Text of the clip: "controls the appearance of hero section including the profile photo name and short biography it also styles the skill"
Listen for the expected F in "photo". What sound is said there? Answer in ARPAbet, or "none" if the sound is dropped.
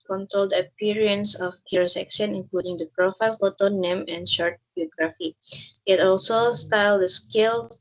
F